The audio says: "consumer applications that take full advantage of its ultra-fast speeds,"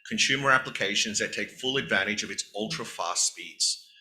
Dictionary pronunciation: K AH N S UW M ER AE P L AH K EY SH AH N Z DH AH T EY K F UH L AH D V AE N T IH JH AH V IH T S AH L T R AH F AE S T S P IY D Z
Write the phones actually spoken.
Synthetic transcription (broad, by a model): K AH N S UW M ER AE P L AH K EY SH AH N Z DH AH T EY K F UH L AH D V AE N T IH JH AH V IH T S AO L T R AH F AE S S P IY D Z